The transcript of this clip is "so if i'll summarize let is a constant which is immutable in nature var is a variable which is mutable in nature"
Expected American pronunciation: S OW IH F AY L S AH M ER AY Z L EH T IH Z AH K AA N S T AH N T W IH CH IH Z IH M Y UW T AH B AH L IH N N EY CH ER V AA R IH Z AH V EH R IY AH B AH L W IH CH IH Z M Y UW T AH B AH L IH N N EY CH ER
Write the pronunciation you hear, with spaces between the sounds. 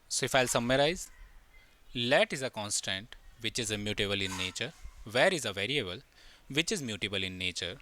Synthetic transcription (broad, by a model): S OW IH F AY L S AH M ER AY Z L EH T IH Z AH K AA N S T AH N T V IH CH IH Z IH M Y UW T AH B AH L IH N N EY CH ER V AA R IH Z AH V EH R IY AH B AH L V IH CH IH Z M Y UW T AH B AH L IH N N EY CH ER